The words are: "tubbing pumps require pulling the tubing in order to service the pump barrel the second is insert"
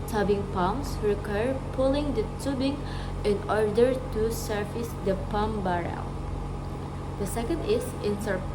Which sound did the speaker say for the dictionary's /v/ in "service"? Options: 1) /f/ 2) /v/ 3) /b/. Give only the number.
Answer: 1